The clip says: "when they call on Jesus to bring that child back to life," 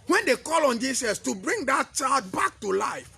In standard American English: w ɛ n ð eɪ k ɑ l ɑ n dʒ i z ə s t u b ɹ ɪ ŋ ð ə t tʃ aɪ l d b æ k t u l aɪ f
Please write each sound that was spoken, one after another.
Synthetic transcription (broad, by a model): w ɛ n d eɪ k ɑ l ɑ n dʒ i s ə s t u b ɹ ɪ ŋ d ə t tʃ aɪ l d b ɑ k t u l aɪ f